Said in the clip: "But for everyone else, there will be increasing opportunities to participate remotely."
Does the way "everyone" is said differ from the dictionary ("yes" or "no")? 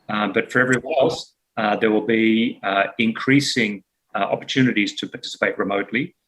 yes